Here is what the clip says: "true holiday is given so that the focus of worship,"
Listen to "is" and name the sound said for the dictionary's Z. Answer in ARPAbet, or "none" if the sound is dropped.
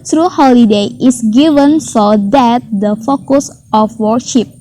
S